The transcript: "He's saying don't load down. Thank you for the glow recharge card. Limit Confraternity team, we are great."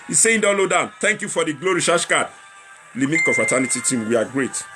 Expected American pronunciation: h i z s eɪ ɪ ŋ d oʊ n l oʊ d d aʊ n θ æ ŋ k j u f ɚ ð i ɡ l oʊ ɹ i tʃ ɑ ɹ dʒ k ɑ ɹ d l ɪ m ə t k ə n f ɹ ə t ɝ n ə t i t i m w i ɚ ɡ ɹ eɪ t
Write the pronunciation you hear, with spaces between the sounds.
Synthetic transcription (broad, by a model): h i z s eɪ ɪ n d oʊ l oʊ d d aʊ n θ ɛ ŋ k j u f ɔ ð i ɡ l oʊ ɹ i ʃ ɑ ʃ k ɑ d l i m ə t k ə f ɹ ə t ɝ n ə t i t i m w i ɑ ɡ ɹ eɪ t